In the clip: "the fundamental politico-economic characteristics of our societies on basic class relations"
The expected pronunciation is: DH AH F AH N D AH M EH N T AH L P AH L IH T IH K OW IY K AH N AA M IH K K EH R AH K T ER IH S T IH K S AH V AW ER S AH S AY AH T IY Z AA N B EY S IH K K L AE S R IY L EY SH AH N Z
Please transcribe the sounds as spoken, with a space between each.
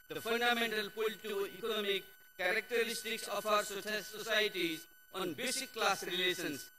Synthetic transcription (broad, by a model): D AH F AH N D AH M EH N T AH L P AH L T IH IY K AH N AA M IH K K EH R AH K T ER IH S T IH K S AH F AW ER S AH S AY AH T IY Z AA N B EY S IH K K L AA S R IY L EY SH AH N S